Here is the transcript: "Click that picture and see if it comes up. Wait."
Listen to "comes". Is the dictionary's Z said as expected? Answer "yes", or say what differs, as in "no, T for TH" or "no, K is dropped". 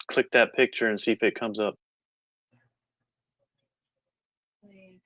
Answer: yes